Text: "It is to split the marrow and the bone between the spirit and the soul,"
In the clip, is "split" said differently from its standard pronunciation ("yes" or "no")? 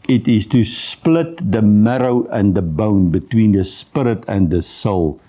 no